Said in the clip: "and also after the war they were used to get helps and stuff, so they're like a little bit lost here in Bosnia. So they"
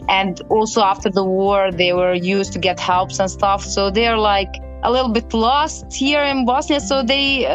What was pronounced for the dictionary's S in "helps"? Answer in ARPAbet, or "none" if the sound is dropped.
S